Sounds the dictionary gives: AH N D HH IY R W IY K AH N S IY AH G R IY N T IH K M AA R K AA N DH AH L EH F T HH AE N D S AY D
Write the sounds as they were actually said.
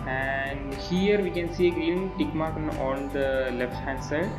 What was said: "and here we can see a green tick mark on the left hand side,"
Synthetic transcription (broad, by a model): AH N D HH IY R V IY K AH N S IY AH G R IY L T IH K M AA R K AA N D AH L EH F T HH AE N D S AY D